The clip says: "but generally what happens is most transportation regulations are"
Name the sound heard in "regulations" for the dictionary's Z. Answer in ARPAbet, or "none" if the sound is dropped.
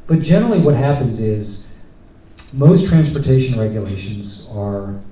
Z